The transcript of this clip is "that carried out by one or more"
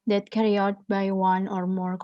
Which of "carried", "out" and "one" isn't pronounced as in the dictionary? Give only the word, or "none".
carried